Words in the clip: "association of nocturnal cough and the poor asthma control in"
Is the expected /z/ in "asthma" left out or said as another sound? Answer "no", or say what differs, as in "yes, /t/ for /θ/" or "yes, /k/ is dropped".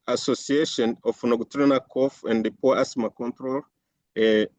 yes, /s/ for /z/